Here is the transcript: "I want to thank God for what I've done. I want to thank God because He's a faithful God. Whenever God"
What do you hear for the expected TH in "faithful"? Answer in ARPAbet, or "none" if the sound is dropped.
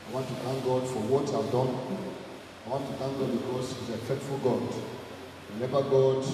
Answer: T